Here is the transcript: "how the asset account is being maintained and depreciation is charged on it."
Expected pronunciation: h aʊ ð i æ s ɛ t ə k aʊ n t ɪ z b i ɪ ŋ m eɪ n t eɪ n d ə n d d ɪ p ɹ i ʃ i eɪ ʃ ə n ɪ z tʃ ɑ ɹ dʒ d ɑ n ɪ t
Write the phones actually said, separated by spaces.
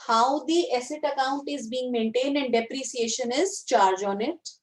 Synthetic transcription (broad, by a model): h aʊ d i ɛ s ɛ t ə k aʊ n t ɪ z b i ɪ ŋ m eɪ n t eɪ n d ə n d d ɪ p ɹ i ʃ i eɪ ʃ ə n ɪ z tʃ ɑ ɹ dʒ ɑ n ɪ t